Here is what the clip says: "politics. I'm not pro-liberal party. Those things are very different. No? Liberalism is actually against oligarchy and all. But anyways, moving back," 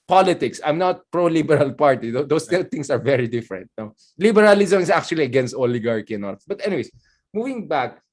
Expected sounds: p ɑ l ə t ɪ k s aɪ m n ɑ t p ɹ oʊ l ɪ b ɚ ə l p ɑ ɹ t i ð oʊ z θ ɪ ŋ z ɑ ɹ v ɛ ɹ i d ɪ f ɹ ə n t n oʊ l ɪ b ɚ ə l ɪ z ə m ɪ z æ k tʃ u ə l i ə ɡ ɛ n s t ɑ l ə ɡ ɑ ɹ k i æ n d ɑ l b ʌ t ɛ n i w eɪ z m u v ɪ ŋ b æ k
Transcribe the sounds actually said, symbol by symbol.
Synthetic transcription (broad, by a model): p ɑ l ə t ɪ k s aɪ m n ɑ t p ɹ oʊ l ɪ b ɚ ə l p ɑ ɹ t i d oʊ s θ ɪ ŋ s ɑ ɹ v ɛ ɹ i d ɪ f ɹ ə n t n oʊ l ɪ b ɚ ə l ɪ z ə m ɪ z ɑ k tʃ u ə l i ə ɡ ɛ n s t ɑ l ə ɡ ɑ ɹ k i n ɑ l b ʌ t ɛ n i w eɪ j m u v ɪ ŋ b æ k